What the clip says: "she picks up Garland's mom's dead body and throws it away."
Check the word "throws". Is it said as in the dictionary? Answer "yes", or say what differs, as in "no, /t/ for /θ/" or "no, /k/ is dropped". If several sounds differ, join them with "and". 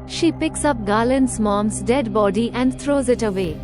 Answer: no, /t/ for /θ/